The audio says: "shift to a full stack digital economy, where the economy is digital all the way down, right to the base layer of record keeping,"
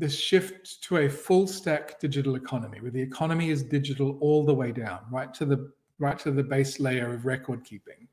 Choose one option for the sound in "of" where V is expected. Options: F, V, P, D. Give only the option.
V